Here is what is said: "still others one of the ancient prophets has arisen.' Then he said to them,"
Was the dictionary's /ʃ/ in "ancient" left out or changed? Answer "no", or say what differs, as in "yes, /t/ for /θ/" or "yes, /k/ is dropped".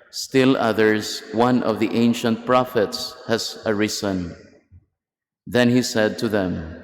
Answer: no